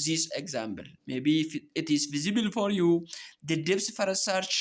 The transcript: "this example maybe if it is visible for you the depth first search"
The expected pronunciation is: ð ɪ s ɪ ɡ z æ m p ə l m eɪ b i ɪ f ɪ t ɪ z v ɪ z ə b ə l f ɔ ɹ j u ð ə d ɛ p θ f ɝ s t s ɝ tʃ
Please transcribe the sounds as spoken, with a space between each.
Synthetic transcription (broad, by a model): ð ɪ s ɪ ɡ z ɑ m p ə l m eɪ b i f ɪ t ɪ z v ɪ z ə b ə l f ɔ ɹ j u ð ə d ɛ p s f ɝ t s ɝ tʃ